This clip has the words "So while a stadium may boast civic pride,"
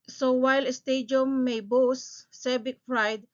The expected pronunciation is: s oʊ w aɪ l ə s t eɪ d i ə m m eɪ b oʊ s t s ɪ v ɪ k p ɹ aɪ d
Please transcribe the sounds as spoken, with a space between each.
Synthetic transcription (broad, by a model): s oʊ w aɪ l ə s t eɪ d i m m eɪ b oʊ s s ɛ b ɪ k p ɹ aɪ d